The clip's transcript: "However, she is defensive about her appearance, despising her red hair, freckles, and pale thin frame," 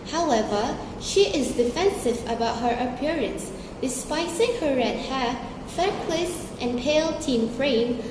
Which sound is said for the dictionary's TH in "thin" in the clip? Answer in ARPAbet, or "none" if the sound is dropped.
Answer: T